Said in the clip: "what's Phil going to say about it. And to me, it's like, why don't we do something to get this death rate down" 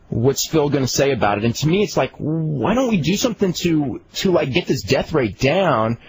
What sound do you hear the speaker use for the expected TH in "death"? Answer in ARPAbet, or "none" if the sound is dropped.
TH